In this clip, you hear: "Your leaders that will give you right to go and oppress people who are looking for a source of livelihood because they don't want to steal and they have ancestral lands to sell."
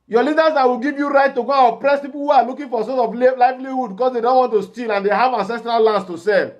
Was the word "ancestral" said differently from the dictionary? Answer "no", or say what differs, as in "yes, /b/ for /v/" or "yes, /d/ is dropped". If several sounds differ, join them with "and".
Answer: no